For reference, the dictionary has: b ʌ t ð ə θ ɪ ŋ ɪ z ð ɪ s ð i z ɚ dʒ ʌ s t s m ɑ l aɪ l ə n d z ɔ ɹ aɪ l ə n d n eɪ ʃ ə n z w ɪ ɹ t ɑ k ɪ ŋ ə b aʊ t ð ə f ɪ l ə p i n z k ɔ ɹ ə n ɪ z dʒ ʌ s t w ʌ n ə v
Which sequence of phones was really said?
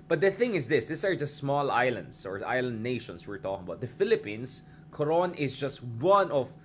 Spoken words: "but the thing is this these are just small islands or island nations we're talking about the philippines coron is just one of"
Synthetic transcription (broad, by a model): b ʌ t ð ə θ ɪ ŋ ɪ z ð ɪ s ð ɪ s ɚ dʒ ʌ s t s m ɑ l aɪ l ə n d s ɔ ɹ aɪ l ə n d n eɪ ʃ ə n s w ɪ ɹ t ɑ k ɪ ŋ ə b aʊ t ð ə f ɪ l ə p i n s k ɔ ɹ ə n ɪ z dʒ ʌ s t w ʌ n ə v